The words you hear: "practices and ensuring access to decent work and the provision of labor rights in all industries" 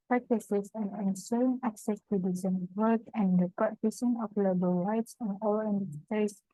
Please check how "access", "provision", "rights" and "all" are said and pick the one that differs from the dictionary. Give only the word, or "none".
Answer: provision